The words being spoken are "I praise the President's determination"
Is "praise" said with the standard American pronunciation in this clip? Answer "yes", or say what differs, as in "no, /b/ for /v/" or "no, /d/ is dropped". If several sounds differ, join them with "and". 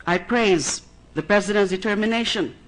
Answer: yes